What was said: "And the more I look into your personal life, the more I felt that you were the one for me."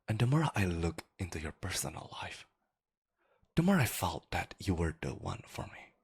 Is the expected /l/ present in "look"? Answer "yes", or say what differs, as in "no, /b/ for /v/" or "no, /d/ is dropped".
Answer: yes